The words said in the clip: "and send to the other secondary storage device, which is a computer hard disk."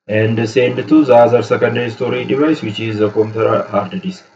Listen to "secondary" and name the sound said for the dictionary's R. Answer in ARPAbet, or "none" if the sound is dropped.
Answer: none